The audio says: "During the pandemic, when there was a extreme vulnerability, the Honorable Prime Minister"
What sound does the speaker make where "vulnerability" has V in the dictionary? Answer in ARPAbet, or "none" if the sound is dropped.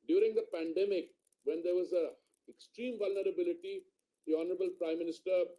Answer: V